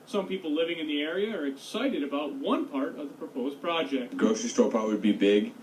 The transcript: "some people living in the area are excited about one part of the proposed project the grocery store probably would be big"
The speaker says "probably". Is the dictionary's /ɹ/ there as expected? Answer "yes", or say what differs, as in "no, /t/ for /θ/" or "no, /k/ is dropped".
no, /ɹ/ is dropped